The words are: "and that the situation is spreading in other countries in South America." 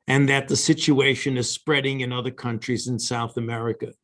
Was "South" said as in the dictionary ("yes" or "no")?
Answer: yes